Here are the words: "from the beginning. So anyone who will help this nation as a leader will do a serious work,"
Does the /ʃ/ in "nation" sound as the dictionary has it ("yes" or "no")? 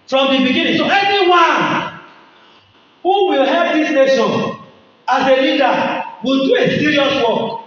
no